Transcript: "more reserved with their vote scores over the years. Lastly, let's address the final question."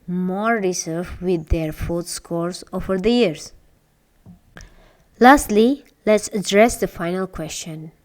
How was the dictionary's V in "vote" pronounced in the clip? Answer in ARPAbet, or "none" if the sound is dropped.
F